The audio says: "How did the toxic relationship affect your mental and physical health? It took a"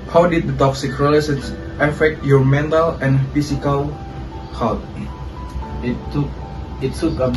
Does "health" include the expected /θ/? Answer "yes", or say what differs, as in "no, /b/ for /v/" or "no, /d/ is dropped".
no, /t/ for /θ/